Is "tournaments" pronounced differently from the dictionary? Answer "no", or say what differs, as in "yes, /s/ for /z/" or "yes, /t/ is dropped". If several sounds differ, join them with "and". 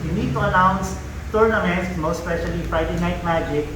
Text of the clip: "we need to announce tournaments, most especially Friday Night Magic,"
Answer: yes, /s/ is dropped